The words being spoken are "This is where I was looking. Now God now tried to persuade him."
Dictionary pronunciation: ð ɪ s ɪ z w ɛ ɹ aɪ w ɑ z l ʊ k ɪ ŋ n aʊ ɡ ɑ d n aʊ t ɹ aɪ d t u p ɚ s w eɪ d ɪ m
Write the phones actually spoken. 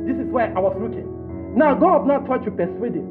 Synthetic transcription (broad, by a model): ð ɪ s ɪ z w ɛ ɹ aɪ w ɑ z l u k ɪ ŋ n aʊ ɡ ɑ d n aʊ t aɪ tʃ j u p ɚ s w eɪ d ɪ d